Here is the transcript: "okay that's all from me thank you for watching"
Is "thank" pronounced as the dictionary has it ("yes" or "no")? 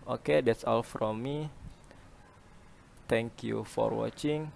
no